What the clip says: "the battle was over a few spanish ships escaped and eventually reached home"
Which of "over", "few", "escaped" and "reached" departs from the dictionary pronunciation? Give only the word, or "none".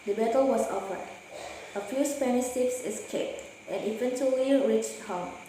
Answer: over